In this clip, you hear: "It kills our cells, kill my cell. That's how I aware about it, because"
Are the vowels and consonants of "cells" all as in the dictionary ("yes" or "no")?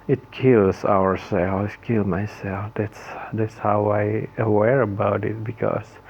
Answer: no